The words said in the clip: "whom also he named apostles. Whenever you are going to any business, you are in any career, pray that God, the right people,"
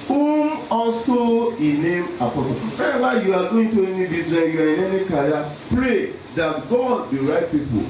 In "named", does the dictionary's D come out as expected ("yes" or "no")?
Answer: no